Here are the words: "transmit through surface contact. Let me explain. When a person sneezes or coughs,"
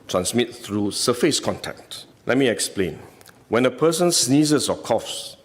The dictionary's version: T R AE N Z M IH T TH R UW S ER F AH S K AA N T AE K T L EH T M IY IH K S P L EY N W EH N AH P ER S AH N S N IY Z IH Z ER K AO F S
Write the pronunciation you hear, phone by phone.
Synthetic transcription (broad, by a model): T R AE N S M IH T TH R UW S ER F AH S K AA N T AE K T L EH T M IY IH K S P L EY N W EH N AH P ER S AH N S N IY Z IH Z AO K AO F S